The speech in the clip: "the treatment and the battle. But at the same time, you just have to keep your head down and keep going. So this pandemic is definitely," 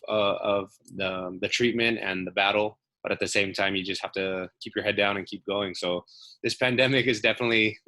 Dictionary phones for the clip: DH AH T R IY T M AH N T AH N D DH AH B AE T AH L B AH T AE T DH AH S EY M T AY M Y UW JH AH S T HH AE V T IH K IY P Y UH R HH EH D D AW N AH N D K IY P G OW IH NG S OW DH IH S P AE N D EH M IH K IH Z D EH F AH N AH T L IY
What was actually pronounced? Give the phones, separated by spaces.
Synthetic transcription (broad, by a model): DH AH T R IY T M AH N T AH N DH AH B AE T L B AH T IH T DH AH S EY M T AY M Y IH JH AH S T HH AE F T IH K IY P Y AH R HH EH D D AW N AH N K IY P G OW IH NG S OW DH IH S P AE N D EH M IH K IH Z D EH F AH N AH T L IY